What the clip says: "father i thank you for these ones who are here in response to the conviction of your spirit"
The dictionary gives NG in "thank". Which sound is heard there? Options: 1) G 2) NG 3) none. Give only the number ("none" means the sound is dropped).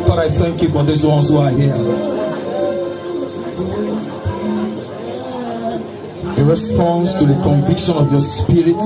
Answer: 2